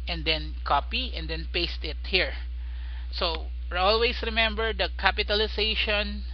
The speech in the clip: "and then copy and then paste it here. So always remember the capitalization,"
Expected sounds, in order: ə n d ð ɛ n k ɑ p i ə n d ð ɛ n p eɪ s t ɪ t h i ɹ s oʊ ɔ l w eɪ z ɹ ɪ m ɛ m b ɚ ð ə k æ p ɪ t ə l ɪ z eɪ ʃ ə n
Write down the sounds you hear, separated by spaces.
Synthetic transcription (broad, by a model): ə n d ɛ n k ɑ p i ə n d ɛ n p eɪ s t ɪ t h i ɹ s oʊ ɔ l w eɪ s ɹ ɪ m ɛ m b ɚ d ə k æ p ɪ t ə l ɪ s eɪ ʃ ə n